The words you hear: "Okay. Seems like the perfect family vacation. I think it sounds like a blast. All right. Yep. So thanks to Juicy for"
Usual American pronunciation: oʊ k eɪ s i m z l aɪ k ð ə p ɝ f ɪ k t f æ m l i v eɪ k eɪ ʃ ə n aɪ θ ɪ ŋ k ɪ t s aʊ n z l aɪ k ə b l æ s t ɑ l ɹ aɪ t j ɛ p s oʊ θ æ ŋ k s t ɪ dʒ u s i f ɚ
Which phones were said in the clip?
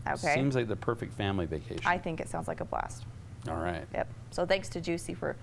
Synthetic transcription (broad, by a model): oʊ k eɪ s i m z l aɪ k ð ə p ɝ f ɪ k t f æ m l i v eɪ k eɪ ə aɪ θ ɪ ŋ k ɪ t s aʊ n z l aɪ k ə b l æ s t ɑ l ɹ aɪ t j ɛ p s oʊ θ æ ŋ k s t ɪ dʒ u s i f ɚ